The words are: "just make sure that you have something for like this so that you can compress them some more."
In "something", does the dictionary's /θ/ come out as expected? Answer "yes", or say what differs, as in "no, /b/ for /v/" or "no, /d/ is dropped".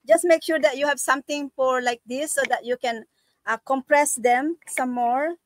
no, /t/ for /θ/